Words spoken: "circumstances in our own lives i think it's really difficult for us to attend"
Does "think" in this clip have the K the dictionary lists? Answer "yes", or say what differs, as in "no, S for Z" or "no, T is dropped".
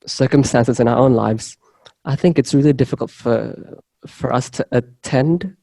yes